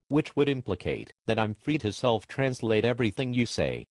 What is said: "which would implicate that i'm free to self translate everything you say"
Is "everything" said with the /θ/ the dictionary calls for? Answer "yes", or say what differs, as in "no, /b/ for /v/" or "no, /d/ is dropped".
yes